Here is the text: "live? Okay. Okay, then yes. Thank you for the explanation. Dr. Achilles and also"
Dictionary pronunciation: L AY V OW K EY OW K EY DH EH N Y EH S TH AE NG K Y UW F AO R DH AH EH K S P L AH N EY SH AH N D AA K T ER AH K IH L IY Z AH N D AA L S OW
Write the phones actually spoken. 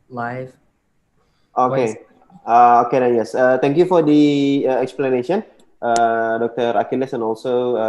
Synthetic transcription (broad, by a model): L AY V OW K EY OW K EY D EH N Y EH S T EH NG K Y UW F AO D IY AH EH K S P L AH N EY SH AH N D AA K T ER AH K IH L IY S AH N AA L S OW